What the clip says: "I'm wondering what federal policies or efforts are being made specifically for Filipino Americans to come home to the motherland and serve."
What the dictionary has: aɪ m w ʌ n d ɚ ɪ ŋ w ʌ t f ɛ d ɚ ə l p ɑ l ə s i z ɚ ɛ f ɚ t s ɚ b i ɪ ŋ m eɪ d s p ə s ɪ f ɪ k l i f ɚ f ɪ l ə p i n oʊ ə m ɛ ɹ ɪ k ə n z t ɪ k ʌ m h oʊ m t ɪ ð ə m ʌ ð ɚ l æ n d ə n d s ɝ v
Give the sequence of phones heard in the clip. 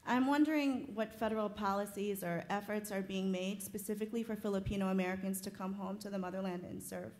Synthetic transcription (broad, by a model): aɪ m w ʌ n d ɚ ɪ ŋ w ʌ t f ɛ d ɚ l p ɑ l ə s i z ɚ ɛ f ɚ t s ɚ b i ɪ ŋ m eɪ d s p ə s ɪ f ɪ k l i f ɚ f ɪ l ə p i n oʊ ə m ɛ ɹ ɪ k ə n z t ɪ k ʌ m h oʊ m t ɪ ð ə m ʌ ð ɚ l æ n d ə n s ɝ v